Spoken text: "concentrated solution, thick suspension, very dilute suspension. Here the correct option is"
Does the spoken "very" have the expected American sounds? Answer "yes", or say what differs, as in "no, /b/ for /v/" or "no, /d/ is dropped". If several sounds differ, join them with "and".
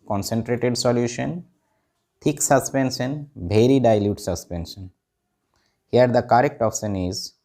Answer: no, /b/ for /v/